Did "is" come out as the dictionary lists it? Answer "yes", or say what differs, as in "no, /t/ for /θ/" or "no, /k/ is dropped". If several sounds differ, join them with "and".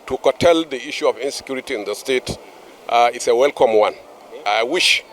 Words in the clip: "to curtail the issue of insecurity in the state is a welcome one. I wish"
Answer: no, /s/ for /z/